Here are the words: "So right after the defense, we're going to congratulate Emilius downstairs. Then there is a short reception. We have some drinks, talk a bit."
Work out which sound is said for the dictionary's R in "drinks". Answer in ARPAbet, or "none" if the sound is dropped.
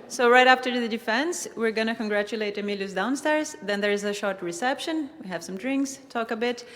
R